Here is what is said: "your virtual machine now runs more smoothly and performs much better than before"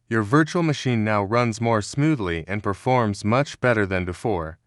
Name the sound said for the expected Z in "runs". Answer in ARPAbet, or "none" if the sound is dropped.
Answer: Z